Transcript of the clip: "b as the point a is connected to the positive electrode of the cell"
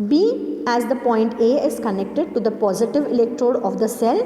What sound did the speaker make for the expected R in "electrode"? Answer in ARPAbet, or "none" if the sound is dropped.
R